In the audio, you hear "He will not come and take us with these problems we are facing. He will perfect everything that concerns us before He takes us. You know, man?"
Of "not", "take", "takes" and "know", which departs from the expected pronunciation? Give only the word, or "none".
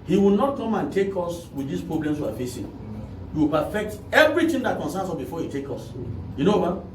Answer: takes